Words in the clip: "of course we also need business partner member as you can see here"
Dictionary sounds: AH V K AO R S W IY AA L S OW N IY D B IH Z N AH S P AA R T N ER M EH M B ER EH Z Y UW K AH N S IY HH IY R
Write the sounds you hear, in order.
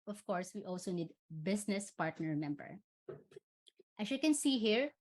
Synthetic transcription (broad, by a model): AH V K AO R S W IY AA L S OW N IY D B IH S N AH S P AA R T N ER M EH M B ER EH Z Y UW K AH N S IY HH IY R